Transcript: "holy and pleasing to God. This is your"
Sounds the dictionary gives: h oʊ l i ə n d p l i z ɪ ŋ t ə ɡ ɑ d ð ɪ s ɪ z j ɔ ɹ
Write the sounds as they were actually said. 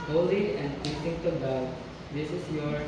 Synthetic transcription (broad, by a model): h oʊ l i ə n d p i s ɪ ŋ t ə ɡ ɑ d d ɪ s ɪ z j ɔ ɹ